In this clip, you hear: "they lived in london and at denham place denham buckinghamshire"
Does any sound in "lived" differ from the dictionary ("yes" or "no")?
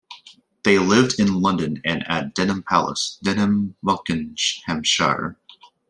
no